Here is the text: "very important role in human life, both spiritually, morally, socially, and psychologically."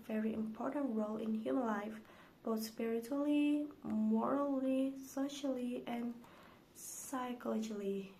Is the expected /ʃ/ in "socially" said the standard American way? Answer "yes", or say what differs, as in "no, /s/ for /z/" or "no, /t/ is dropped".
yes